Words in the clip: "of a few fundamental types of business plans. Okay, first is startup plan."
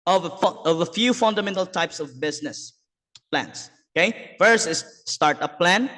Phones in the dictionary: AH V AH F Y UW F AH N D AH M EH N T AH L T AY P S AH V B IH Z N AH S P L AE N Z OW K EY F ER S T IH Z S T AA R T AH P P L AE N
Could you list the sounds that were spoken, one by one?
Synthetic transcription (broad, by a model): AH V AH F Y UW F AH N D AH M EH N T AH L T AY P S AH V B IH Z N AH S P L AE N S OW K EY F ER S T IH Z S T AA R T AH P P L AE N